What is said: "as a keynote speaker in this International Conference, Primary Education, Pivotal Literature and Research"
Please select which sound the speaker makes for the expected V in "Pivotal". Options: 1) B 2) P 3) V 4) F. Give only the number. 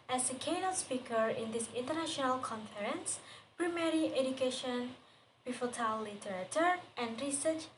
4